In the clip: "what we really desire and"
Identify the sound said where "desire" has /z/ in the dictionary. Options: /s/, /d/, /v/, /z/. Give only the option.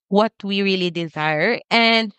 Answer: /z/